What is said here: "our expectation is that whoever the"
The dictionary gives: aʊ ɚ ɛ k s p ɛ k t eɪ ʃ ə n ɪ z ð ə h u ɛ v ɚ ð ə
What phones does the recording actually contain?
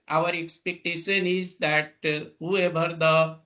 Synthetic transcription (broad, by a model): aʊ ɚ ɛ k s p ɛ k t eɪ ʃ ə n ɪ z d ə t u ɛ b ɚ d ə